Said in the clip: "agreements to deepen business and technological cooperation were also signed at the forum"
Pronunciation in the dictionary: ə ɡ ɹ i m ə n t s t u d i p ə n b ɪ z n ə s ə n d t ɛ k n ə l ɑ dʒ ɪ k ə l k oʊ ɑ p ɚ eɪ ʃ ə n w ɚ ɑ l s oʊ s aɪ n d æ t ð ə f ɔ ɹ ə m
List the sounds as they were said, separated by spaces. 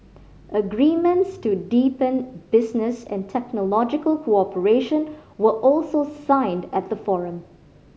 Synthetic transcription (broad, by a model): ə ɡ ɹ i m ə n t s t u d i p ə n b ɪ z n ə s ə n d t ɛ k n ə l ɑ dʒ ɪ k ə l k oʊ ɑ p ɚ eɪ ʃ ə n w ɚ ɑ l s oʊ s aɪ n d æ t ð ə f ɔ ɹ ə m